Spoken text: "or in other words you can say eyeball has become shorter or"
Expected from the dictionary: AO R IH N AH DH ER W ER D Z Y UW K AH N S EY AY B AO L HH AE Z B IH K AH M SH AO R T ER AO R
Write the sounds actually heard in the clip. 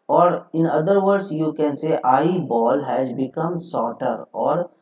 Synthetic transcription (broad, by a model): AO R IH N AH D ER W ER D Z Y UW K AH N S EY AY B AO L HH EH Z B IH K AH M S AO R T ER AO R